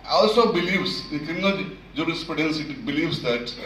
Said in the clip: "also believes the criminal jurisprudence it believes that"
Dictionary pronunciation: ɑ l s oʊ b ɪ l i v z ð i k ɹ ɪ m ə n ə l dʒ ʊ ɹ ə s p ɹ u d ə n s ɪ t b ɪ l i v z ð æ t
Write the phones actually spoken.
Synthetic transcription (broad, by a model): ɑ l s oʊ b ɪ l i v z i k ɪ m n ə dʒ dʒ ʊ ɹ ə s p ɹ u d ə n s ɪ t b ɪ l i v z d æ t